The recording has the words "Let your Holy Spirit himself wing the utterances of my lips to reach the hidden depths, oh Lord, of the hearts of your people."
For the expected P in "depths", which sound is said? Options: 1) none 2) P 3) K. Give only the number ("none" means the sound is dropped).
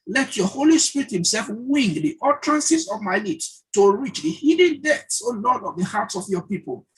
1